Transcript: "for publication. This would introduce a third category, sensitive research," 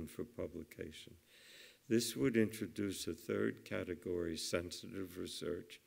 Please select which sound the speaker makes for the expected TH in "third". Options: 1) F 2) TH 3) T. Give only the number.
2